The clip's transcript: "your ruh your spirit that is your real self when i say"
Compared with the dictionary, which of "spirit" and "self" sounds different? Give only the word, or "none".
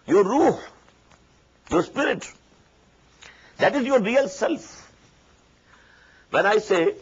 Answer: none